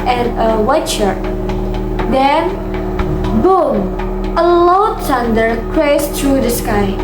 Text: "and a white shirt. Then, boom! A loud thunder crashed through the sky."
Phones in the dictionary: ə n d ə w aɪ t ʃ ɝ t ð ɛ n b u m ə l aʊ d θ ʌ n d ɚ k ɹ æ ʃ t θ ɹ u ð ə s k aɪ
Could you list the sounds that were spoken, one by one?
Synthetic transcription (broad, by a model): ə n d ə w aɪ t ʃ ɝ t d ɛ n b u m ə l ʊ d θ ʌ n d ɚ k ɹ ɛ s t ɹ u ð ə s k aɪ